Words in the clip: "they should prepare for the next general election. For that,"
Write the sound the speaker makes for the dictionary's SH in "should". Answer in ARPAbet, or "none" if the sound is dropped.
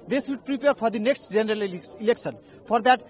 S